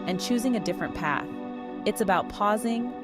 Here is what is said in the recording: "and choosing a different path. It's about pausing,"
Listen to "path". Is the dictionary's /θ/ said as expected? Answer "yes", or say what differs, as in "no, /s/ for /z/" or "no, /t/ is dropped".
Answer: yes